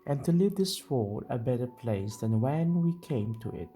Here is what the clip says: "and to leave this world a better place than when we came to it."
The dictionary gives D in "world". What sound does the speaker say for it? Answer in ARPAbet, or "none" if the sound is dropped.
none